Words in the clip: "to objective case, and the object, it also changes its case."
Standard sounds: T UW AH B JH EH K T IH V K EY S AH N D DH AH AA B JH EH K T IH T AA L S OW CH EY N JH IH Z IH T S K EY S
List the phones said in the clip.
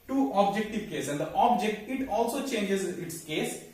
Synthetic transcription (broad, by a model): T UW AH B JH EH K T IH V K EY S AH N D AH AA B JH EH K T IH T AA L S OW CH EY N JH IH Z IH T S K EY S